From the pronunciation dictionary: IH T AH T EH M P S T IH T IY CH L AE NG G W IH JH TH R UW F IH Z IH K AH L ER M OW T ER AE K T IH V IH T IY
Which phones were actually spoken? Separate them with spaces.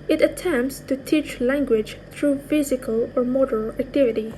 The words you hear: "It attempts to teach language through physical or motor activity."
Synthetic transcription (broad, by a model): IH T AH T EH M P S T IH T IY CH L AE NG G W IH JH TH R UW F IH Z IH K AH L ER M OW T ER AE K T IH V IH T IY